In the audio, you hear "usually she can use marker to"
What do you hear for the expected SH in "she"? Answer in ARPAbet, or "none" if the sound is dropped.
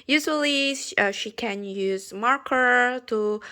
SH